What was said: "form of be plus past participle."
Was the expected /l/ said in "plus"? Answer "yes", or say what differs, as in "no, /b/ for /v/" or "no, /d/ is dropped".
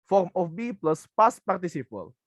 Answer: yes